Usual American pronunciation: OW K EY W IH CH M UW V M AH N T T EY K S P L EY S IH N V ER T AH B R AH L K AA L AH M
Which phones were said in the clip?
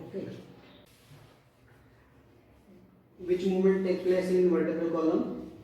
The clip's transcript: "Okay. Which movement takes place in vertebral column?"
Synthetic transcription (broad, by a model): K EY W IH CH M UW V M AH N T T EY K P L EY S IH N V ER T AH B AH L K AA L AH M